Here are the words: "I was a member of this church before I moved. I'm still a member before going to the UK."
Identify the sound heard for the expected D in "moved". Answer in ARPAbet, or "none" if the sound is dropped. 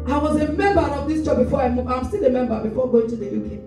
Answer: none